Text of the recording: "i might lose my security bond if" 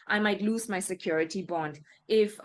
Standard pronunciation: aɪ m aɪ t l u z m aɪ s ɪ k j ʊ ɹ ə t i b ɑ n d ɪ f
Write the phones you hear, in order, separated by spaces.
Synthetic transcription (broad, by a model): aɪ m aɪ t l u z m aɪ s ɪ k j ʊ ɹ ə t i b ɑ n d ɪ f